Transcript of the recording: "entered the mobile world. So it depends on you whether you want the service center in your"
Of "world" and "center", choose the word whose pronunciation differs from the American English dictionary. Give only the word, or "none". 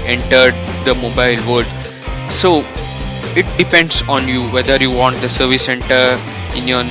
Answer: world